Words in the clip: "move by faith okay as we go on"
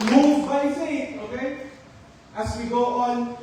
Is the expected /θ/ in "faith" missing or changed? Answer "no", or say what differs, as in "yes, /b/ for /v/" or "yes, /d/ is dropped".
yes, /t/ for /θ/